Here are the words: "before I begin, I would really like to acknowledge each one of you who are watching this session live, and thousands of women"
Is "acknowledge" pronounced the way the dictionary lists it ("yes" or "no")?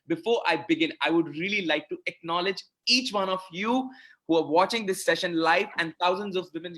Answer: yes